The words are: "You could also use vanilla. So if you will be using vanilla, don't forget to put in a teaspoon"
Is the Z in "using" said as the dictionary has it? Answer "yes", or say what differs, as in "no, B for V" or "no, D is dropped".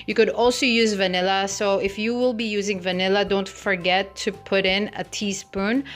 yes